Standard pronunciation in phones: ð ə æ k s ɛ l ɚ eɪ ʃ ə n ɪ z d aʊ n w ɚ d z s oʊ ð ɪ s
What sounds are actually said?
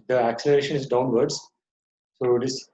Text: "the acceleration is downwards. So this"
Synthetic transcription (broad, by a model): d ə æ k s ɛ l ɚ eɪ ʃ ə n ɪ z d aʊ n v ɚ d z s oʊ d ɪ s